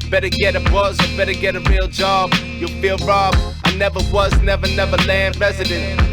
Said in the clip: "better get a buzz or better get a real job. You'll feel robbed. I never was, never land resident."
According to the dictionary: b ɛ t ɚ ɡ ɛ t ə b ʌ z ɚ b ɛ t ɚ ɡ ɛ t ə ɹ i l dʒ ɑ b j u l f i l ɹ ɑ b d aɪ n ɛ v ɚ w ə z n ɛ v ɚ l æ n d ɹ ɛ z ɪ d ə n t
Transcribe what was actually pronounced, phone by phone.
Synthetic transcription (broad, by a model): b ɛ t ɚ ɡ ɛ t ə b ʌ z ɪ b ɛ t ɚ ɡ ɛ t ə ɹ i l dʒ ɑ b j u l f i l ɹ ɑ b aɪ n ɛ v ɚ w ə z n ɛ v ɚ l æ n d ɹ ɛ z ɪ d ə n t